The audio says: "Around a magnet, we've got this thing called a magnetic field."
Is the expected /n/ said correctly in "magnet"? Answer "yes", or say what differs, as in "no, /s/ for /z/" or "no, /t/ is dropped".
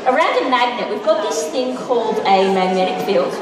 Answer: yes